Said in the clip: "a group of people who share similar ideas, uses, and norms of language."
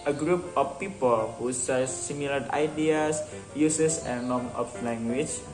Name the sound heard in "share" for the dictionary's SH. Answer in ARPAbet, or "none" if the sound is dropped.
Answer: S